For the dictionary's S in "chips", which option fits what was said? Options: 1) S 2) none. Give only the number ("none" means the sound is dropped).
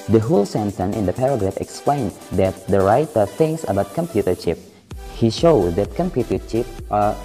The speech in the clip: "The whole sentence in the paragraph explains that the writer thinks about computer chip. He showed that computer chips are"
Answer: 2